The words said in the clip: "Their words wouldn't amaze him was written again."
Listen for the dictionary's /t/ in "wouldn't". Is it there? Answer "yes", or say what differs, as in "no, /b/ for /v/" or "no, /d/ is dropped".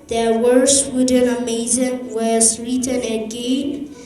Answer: no, /t/ is dropped